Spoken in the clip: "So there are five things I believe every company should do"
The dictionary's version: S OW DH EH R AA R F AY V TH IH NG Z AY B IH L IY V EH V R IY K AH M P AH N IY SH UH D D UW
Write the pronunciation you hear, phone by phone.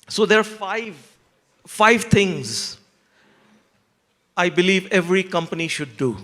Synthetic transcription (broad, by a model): S OW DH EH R AA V F AY V T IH NG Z AY B IH L IY V EH V R IY K AH M P AH N IY SH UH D D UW